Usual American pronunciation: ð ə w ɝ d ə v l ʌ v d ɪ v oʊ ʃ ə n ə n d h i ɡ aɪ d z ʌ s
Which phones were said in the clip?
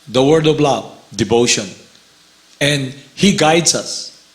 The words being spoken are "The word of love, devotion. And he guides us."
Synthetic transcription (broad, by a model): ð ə w ɝ d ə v l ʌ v d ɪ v oʊ ʃ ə n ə n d h i ɡ aɪ d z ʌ s